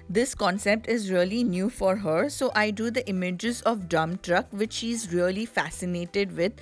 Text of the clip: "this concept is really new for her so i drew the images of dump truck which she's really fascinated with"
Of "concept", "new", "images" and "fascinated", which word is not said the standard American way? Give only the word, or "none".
none